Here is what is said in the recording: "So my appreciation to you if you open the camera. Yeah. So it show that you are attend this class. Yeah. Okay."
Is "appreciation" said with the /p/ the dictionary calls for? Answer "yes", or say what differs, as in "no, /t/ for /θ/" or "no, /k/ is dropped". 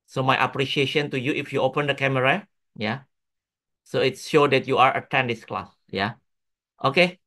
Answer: yes